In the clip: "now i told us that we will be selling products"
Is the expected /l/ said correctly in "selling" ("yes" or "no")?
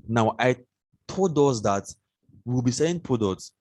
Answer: no